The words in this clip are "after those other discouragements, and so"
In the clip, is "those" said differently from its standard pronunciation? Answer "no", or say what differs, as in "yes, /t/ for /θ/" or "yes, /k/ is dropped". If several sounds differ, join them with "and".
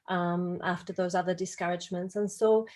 no